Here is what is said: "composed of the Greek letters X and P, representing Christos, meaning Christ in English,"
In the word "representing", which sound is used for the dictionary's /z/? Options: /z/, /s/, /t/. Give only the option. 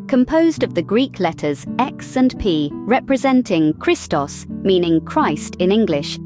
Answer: /z/